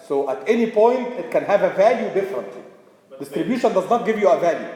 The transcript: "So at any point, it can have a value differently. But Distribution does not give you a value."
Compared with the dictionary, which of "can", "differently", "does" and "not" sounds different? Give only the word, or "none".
none